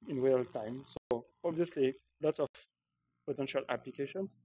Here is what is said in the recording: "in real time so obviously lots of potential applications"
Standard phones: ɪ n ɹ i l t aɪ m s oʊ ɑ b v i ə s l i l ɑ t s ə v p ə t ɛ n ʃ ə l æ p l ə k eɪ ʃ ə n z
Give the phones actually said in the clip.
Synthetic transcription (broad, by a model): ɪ n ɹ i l t aɪ m s oʊ ɑ b v i ə s l i l ɑ t s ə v p ə t ɛ n ʃ ə l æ p l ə k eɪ ʃ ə n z